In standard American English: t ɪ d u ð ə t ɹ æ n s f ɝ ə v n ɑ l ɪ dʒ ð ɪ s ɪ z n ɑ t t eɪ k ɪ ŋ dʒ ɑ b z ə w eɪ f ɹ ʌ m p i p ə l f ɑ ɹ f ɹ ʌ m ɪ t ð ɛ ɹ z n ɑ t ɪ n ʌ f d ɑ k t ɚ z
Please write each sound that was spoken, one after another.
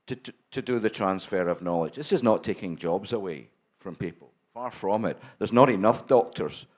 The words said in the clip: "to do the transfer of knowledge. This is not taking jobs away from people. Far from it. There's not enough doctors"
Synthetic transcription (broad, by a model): t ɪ d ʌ ð ə t ɹ æ n s f ɝ ə v n ɑ l ɪ dʒ ð ɪ s ɪ z n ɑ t t eɪ k ɪ ŋ dʒ ɑ b z ə w eɪ f ɹ ʌ m p i p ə l f ɑ ɹ f ɹ ʌ m ɪ t ð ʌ ɹ z n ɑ t ɪ n ʌ f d ɑ k t ɚ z